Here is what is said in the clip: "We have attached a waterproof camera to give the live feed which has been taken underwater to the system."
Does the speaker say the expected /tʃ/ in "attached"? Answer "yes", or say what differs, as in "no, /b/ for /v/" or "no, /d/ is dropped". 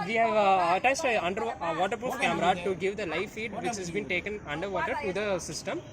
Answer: no, /s/ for /tʃ/